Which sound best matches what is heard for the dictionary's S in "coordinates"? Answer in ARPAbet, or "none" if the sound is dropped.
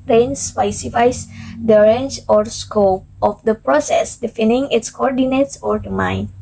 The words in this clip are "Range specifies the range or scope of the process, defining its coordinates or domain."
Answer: S